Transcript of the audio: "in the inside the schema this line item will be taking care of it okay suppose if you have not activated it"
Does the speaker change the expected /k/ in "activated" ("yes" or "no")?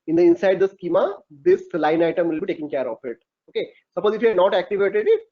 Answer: no